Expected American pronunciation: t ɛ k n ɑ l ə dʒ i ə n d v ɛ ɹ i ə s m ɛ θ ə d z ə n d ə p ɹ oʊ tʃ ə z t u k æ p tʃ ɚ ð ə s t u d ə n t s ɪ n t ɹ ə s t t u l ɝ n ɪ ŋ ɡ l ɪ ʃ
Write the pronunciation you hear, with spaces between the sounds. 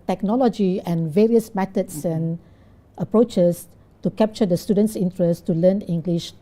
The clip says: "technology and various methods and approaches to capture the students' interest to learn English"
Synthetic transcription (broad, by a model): t ɛ k n ɑ l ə dʒ i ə n v ɛ ɹ i ə s m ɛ t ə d s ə n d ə p ɹ oʊ tʃ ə s t u k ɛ p tʃ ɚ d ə s t u d ə n t s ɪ n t ɹ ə s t t u l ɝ n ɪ ŋ ɡ l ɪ ʃ